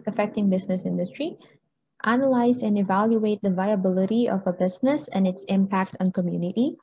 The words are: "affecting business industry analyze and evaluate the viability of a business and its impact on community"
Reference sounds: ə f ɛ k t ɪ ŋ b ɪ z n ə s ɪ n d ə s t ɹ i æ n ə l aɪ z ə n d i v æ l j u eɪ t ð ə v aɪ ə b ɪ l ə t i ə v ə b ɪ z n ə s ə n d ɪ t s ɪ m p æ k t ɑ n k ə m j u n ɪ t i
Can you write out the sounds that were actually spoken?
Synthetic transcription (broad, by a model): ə f ɛ k t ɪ ŋ b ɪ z n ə s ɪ n d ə s t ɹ i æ n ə l aɪ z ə n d i v æ l j u eɪ t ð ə v aɪ ə b ɪ l ə t i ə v ə b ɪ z n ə s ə n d ɪ t s ɪ m p æ k t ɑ n k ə m j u n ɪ t i